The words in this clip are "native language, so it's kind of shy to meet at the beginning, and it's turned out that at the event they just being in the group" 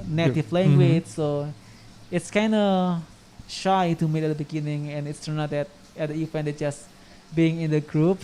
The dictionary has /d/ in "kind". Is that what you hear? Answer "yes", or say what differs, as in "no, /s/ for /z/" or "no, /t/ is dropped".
yes